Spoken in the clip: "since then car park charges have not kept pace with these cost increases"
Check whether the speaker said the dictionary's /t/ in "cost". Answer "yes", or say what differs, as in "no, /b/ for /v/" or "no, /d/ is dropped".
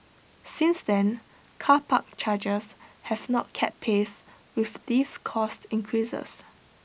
yes